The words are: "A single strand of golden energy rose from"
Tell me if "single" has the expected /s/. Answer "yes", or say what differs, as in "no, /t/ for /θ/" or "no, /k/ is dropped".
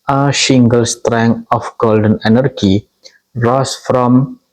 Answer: no, /ʃ/ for /s/